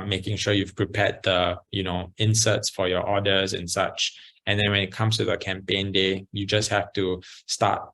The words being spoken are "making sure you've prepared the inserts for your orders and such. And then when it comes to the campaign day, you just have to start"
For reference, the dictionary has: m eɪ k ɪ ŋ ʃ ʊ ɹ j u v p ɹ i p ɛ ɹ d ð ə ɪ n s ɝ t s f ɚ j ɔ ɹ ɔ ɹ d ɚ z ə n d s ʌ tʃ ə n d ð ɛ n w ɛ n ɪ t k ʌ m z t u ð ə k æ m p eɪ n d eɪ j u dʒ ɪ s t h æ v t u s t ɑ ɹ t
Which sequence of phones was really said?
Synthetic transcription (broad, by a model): m eɪ k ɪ ŋ ʃ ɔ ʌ j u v p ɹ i p ɛ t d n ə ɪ n s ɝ t s f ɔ j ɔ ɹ ɔ d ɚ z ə n s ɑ tʃ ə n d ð ɛ n w ɛ n ɪ t k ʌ m s t u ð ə k æ m p eɪ n d eɪ j u dʒ ɪ s t h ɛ f t u s t ɑ t